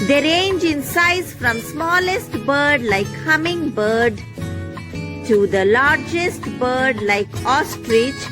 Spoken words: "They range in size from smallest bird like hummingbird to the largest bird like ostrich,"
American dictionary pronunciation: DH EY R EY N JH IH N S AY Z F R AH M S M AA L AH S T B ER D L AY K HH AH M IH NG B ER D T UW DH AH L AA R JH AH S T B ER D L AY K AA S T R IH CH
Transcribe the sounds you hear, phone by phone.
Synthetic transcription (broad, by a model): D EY R EY N JH IH N S AY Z F R AH M S M AA L AH S T B ER D L AY K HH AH M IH NG B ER D T UW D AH L AA R JH AH S T B ER D L AY K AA S T R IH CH